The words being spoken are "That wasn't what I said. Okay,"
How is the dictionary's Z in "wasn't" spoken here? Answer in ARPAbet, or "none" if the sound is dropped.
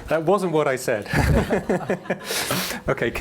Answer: Z